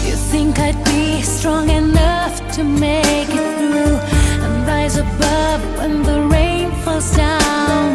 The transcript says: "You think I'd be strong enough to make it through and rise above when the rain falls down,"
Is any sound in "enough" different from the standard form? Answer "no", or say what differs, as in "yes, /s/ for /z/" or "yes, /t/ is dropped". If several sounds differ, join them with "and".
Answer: no